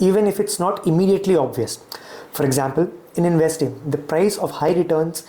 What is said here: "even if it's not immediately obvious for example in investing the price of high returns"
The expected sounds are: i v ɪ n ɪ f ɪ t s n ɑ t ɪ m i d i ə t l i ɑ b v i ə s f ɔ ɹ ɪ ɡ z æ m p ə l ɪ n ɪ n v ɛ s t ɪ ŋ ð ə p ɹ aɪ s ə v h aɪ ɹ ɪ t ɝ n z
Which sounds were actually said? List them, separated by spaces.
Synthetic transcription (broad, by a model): i v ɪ n ɪ f ɪ t s n ɑ t ɪ m i d i ə t l i ɑ b v i ə s f ɔ ɹ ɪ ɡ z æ m p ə l ɪ n ɪ n v ɛ s t ɪ ŋ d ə p ɹ aɪ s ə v h aɪ ɹ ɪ t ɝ n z